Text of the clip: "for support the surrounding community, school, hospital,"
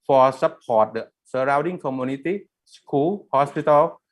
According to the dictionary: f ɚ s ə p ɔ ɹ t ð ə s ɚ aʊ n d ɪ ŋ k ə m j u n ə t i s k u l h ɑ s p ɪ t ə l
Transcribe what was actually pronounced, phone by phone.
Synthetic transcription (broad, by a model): f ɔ s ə p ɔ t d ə s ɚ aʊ d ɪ ŋ k ə m j u n ə t i s k u l h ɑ s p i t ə l